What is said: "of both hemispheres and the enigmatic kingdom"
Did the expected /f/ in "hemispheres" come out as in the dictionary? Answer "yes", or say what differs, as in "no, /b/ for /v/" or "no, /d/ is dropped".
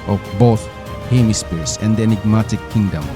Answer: no, /p/ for /f/